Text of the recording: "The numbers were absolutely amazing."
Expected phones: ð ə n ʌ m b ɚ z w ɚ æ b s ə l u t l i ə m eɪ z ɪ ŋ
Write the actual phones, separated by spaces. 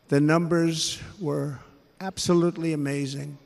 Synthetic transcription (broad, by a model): ð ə n ʌ m b ɚ z w ɚ æ b s ə l u t l i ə m eɪ z ɪ ŋ